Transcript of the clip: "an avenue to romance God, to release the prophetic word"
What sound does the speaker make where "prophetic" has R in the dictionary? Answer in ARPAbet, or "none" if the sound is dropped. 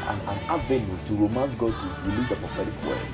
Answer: none